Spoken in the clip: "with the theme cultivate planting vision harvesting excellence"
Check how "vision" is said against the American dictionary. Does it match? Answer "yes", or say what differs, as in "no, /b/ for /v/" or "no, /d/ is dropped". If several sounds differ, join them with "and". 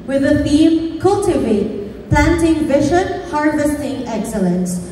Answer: no, /ʃ/ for /ʒ/